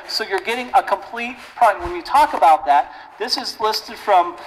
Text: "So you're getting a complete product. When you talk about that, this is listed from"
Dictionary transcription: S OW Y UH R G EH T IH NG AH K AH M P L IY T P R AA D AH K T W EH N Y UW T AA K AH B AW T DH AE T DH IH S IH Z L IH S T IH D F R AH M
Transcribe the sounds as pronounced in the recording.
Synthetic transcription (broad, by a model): S OW Y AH R G EH T IH NG AH K AH M P L IY T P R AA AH W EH N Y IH T AA K AH B AW T DH AE T DH IH S IH Z L IH S T IH D F R AH M